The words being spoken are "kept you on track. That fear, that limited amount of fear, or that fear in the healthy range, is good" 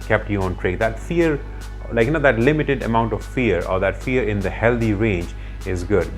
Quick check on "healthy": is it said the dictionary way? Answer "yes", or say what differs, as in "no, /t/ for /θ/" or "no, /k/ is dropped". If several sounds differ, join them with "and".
no, /t/ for /θ/